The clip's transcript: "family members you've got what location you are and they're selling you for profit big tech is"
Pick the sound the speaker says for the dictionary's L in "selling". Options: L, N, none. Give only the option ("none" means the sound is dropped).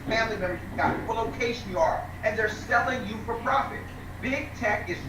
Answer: L